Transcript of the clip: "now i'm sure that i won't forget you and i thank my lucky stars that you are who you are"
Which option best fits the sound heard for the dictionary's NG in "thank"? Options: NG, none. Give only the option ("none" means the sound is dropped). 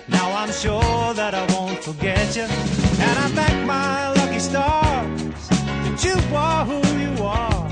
none